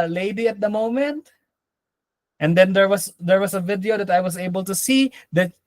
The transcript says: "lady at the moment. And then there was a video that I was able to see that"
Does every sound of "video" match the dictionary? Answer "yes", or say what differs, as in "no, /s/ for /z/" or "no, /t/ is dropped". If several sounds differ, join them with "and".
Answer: yes